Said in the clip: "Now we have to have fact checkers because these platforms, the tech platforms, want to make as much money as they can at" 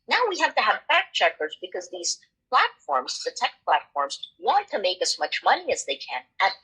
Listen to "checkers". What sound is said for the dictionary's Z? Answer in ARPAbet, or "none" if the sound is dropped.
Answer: Z